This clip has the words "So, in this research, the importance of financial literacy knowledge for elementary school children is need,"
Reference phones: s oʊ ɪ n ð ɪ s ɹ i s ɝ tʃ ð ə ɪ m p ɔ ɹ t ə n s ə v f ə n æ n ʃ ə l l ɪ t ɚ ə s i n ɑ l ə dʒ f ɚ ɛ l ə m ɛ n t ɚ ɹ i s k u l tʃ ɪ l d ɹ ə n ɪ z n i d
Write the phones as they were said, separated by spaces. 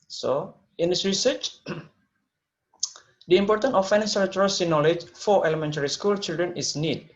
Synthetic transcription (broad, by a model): s oʊ ɪ n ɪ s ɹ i s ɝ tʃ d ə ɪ m p ɔ ɹ t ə n ə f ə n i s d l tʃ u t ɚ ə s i n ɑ l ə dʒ f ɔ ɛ l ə m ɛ n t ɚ ɹ i s k u l tʃ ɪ l d ɹ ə n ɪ s n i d